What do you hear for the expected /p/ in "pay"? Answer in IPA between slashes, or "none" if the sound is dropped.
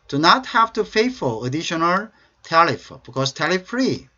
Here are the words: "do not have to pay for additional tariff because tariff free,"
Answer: /f/